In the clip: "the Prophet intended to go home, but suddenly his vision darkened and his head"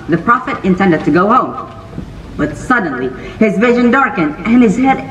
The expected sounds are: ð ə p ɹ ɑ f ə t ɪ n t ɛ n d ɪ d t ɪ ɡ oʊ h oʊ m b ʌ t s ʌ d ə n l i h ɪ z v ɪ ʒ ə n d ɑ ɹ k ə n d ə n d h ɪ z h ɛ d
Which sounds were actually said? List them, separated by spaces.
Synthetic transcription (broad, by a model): ð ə p ɹ ɑ f ə t ɪ n t ɛ n d ɪ d t ɪ ɡ oʊ h oʊ m b ʌ t s ʌ d n l i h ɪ z v ɪ ʒ ə n d ɑ ɹ k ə n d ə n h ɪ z h ɛ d